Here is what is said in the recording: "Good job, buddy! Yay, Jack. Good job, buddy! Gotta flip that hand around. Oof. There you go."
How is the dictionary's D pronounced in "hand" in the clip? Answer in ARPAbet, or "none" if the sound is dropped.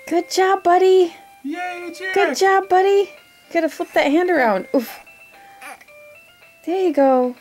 D